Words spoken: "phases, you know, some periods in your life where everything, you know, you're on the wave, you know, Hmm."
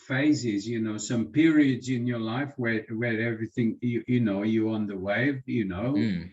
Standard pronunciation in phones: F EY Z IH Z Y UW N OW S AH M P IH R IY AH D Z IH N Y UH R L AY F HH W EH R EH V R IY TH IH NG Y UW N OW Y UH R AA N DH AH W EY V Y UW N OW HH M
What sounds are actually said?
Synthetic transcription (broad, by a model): F EY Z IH Z Y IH N OW S AH M P IH R IY AH D Z IH N Y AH R L AY F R W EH R EH V R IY TH IH NG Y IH N OW Y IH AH N DH AH W EY V Y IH N OW